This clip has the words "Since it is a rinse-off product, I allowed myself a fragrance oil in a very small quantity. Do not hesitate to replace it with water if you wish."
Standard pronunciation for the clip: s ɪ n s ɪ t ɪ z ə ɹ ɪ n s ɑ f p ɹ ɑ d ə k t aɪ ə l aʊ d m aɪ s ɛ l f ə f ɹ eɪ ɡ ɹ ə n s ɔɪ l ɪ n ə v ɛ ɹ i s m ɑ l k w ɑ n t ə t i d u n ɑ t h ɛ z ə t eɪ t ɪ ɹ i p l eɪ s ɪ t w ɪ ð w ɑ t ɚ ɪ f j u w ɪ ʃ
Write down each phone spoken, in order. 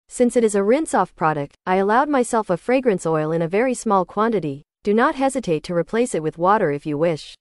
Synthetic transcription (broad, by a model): s ɪ n s ɪ t ɪ z ə ɹ ɪ n s ɑ f p ɹ ɑ d ə k t aɪ ə l aʊ d m aɪ s ɛ l f ə f ɹ eɪ ɡ ɹ ə n s ɔɪ l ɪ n ə v ɛ ɹ i s m ɑ l k w ɑ n t ə t i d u n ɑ t h ɛ z ə t eɪ t ɪ ɹ i p l eɪ s ɪ t w ɪ ð w ɑ t ɚ ɪ f j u w ɪ ʃ